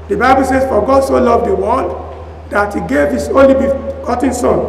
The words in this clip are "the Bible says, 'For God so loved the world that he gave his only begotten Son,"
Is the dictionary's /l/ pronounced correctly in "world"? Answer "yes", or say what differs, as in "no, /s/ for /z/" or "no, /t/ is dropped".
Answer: no, /n/ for /l/